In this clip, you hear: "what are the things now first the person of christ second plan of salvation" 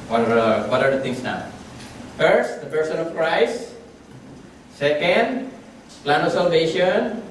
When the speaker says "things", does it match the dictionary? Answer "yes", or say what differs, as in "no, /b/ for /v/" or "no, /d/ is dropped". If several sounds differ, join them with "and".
no, /t/ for /θ/ and /s/ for /z/